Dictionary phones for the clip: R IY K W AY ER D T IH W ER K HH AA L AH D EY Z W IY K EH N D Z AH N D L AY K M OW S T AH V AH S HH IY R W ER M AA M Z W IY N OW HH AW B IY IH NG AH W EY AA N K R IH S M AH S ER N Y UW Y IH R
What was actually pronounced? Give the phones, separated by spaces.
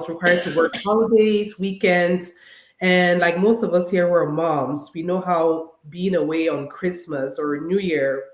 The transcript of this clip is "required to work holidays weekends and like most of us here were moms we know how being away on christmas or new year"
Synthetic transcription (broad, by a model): R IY K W AY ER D T IH W ER K HH AA L AH D EY Z W IY K EH N D Z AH N L AY K M OW S T AH V AH S HH IY R W ER M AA M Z W IY N OW HH AW B IY IH NG AH W EY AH N K R IH S M AH S ER N Y UW Y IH R